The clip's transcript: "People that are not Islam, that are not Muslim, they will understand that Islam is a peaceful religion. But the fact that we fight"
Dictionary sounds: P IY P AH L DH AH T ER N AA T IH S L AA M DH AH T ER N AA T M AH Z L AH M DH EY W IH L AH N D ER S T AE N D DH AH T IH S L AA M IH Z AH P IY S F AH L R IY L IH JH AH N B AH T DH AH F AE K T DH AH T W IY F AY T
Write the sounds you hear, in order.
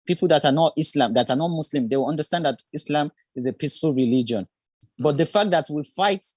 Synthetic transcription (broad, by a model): P IY P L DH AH T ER N AA T IH S L AA M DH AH T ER N AA T M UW S L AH M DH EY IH W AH N D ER S T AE N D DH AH T IH S L AA M IH Z AH P IY S F AH L R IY L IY JH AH N B AH T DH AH F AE K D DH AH T W IY F AY T